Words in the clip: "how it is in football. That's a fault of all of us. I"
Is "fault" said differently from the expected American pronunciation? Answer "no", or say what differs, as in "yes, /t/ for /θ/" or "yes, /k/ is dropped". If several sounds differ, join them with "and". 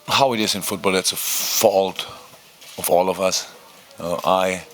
no